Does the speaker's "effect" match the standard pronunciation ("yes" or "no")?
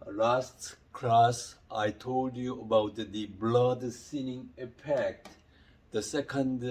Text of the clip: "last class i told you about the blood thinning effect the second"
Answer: no